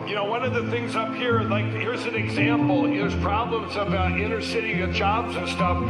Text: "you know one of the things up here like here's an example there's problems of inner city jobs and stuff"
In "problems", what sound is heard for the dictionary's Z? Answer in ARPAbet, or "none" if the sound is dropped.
Z